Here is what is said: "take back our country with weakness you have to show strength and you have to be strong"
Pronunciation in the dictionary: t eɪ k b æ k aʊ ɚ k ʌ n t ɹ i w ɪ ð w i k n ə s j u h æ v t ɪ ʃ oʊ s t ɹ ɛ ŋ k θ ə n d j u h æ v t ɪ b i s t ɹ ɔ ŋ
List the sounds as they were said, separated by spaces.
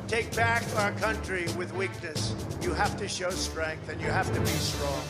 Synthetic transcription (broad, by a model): t eɪ k b æ k aʊ ɚ k ʌ n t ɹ i w ɪ ð w i k n ə s j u h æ f t ɪ ʃ oʊ s t ɹ ɛ ŋ k θ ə n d j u h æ f t ɪ b i s t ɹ ɔ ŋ